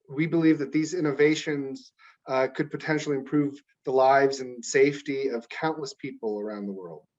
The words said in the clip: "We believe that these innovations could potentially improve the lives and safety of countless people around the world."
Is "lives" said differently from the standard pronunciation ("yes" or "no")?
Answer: no